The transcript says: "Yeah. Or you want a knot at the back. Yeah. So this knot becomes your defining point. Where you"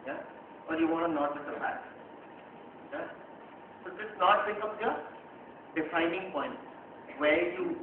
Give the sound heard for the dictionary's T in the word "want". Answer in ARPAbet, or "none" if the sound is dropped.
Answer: none